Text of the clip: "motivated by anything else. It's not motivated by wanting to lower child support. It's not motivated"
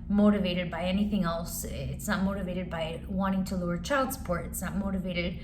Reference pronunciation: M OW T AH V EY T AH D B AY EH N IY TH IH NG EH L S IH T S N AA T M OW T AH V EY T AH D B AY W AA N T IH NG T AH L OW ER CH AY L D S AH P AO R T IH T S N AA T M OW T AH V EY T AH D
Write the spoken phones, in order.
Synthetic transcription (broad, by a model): M OW T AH V EY T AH D B AY EH N IY TH IH NG EH L S IH T S N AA T M OW T AH V EY T AH D B AY W AA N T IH NG T AH L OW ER CH AY L D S P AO R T IH T S N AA T M OW T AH V EY T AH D